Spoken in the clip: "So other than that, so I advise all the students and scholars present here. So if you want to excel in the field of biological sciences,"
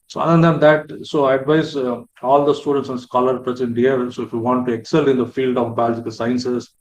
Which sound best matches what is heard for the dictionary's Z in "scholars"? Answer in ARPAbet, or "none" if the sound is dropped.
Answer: none